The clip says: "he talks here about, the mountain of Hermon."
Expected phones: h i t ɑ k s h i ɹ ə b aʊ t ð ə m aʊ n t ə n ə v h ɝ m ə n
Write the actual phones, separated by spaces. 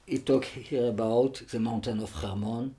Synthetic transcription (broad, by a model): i t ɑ k h i ɹ ə b aʊ t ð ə m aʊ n t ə n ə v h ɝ m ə n